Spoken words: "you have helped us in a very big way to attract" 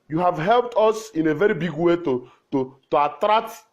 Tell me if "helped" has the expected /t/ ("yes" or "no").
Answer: yes